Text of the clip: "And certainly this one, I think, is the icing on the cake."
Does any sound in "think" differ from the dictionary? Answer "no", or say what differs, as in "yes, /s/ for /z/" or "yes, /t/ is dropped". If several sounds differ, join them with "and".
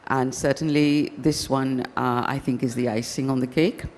no